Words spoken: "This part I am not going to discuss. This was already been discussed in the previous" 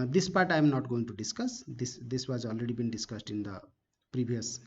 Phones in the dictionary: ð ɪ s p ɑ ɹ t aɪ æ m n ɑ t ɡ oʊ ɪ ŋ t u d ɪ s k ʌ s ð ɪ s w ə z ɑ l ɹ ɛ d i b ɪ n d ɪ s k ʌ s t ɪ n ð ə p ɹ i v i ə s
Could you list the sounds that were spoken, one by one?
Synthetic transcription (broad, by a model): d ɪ s p ɑ ɹ t aɪ m n ɑ t ɡ oʊ ɪ ŋ t u d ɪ s k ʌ s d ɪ s w ə z ɑ l ɹ ɛ d i b ɪ n d ɪ s k ʌ s t ɪ n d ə p ɹ i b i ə s